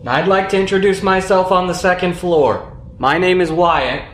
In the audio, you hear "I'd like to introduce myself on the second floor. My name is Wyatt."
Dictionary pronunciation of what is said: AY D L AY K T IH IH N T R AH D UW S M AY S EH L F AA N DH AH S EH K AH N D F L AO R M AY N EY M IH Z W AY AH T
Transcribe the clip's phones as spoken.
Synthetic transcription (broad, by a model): AY D L AY K T IH IH N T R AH D UW S M AY S EH L F N DH AH S EH K AH N D F L AO R M AY N EY M IH Z W AY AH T